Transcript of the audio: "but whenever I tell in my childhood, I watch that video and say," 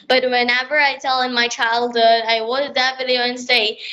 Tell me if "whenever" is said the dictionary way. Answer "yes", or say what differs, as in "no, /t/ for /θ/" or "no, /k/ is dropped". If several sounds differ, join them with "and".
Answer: yes